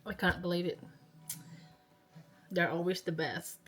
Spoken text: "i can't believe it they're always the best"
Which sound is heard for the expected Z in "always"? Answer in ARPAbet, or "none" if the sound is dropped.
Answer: Z